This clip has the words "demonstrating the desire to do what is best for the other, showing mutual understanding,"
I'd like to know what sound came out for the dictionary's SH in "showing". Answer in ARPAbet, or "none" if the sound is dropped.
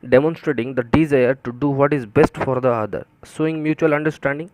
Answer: S